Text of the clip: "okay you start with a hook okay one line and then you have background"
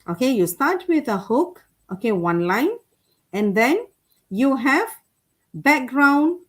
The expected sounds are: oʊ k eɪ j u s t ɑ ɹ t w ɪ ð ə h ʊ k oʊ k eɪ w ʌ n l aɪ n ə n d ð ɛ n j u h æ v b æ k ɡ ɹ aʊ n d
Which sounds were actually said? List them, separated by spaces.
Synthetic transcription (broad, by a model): oʊ k eɪ j u s t ɑ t w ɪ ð ə h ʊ k oʊ k eɪ w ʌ n l aɪ n ə n d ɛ n j u h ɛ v b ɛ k ɡ ɹ aʊ n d